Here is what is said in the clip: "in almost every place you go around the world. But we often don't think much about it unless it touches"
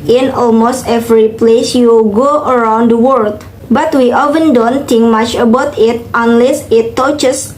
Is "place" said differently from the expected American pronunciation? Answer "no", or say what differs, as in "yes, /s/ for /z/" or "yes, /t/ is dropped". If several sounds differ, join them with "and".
no